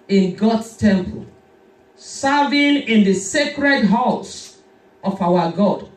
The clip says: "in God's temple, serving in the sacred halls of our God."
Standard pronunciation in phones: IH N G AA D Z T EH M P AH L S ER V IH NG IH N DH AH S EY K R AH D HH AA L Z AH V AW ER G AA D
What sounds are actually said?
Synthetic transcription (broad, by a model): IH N G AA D S T EH M P AH L S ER V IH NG IH N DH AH S EY K R AH D HH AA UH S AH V AW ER G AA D